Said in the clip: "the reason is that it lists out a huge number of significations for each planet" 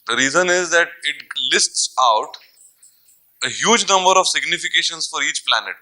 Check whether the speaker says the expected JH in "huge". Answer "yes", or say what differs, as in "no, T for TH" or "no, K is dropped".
yes